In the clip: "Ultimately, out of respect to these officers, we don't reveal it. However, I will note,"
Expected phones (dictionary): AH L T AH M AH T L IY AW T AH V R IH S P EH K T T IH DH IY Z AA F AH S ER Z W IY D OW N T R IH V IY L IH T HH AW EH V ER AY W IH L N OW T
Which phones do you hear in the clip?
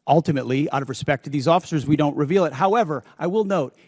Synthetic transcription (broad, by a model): AH L T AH M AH T L IY AW T AH V R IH S P EH K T T IH DH IY Z AA F AH S ER Z W IY D OW N T R IH V IY L IH T HH AW EH V ER AY W IH L N OW T